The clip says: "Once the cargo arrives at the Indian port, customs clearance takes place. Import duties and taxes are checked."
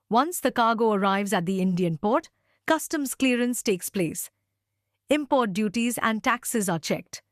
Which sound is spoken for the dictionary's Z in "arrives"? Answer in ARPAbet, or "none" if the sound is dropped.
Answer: Z